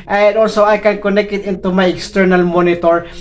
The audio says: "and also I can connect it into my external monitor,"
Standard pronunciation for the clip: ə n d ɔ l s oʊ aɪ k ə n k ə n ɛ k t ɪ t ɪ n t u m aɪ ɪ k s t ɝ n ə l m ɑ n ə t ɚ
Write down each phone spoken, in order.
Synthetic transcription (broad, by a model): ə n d ɔ l s oʊ aɪ k ə n k ə n ɛ k t ɪ t ɪ n t u m aɪ ɪ k s t ɝ n ə l m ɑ n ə t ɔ